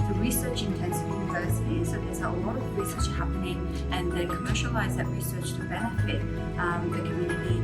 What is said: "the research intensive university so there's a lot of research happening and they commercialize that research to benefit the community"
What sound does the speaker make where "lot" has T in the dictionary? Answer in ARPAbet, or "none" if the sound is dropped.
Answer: T